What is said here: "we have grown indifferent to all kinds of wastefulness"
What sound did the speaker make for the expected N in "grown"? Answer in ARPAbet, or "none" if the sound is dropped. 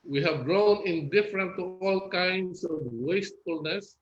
N